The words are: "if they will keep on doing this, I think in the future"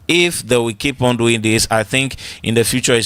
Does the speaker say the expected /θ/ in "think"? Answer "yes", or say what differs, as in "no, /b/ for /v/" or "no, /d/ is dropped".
yes